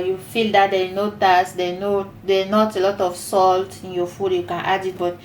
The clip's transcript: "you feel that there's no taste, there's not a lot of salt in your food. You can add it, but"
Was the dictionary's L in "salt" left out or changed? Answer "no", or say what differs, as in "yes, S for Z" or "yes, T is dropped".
no